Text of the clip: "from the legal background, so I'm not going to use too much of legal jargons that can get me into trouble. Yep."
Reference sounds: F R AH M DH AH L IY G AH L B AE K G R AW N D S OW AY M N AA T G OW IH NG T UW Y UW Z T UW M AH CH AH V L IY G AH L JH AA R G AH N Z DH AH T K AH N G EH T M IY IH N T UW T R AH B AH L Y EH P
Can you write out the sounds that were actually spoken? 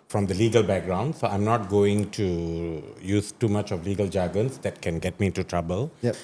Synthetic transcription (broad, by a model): F R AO M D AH L IY G AH L B AE K G R AW N D S OW AY M N AA T G OW IH NG T UW Y UW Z T UW M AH CH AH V L IY G AH L JH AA G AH N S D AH T K AH N G EH T M IY IH N T UW T R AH B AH L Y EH